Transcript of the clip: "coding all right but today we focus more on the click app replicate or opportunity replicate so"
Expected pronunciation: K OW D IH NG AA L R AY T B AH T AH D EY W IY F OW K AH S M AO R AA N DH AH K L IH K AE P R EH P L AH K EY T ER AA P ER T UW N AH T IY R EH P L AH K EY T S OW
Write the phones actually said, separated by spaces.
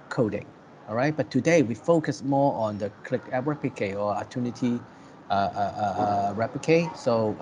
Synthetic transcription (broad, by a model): K OW D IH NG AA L R AY T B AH T AH D EY W IY F OW K AH S M AO AA N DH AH K L IH K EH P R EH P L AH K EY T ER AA ER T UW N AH T IY R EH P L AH K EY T S OW